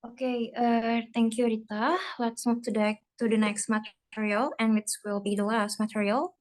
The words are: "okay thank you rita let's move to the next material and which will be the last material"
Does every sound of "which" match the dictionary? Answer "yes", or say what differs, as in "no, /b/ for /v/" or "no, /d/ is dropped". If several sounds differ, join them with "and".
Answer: no, /s/ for /tʃ/